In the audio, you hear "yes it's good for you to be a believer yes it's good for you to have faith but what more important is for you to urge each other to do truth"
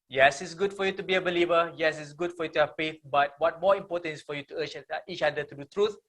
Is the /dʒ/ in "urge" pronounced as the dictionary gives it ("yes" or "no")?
no